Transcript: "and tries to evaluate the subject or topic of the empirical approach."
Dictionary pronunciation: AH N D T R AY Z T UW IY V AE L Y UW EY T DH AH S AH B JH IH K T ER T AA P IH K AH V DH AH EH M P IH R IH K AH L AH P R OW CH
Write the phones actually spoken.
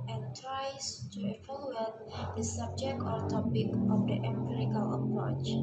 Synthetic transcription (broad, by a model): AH N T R AY S T UW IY F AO L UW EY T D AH S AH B JH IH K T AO T AA P IH K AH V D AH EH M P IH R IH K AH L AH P R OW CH